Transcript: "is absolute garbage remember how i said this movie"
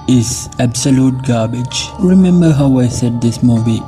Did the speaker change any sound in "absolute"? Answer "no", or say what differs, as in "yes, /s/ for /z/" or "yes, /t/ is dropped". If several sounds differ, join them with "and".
no